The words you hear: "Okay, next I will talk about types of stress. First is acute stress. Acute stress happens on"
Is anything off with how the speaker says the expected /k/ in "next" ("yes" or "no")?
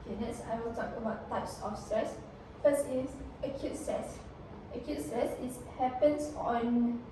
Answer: yes